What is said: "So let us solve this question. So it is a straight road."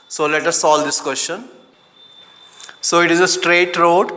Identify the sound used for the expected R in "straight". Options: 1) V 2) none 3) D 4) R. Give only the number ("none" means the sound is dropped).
4